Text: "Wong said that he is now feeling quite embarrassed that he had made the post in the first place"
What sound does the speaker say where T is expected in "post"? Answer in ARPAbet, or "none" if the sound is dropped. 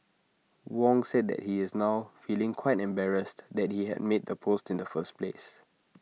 T